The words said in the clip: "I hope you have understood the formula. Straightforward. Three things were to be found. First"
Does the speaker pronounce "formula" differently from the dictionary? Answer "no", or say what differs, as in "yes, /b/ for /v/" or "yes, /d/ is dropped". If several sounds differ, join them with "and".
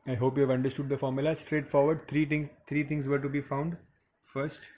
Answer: no